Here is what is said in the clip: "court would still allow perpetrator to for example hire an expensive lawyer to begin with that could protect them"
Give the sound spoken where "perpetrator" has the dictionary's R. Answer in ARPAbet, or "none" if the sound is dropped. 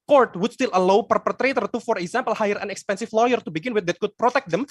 R